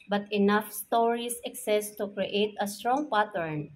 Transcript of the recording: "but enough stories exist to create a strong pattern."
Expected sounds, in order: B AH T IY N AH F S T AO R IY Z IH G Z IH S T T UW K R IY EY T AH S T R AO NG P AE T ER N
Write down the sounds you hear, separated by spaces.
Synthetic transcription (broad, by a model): B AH T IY N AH F S T AO R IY S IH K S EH S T T UW K R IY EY T AH S T R AO NG P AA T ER N